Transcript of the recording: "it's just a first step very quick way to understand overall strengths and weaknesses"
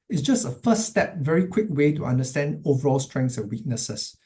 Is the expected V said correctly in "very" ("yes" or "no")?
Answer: yes